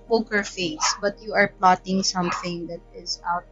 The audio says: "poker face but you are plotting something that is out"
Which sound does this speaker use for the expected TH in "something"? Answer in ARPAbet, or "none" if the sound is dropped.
TH